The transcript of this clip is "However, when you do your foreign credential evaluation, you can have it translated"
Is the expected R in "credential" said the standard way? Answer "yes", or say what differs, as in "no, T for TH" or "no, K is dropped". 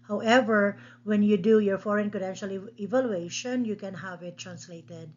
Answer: no, R is dropped